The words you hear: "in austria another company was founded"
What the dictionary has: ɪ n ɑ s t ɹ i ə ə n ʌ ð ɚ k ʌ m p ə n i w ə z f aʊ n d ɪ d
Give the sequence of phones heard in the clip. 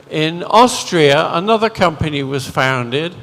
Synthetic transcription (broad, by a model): ɪ n ɑ s t ɹ i ə ə n ʌ ð ɚ k ʌ m p ə n i w ə z f aʊ n d ɪ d